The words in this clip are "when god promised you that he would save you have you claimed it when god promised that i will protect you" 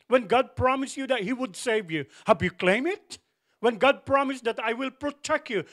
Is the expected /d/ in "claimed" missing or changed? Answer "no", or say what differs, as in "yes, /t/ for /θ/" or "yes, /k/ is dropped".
yes, /d/ is dropped